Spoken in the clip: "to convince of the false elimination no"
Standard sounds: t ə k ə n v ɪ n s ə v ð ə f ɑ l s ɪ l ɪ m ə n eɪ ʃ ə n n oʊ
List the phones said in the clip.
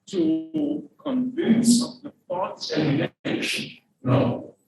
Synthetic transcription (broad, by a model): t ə k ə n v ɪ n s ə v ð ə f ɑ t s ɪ ɪ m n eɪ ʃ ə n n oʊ